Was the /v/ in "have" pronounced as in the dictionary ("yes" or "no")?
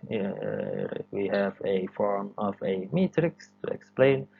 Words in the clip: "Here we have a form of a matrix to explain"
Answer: yes